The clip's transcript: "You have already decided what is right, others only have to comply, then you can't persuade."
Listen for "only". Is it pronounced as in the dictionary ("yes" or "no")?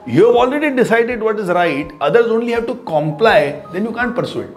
yes